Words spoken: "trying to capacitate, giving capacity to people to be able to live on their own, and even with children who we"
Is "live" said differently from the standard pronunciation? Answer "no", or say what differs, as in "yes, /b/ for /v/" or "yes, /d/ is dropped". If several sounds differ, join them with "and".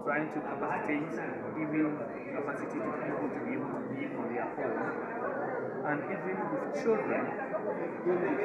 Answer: yes, /v/ is dropped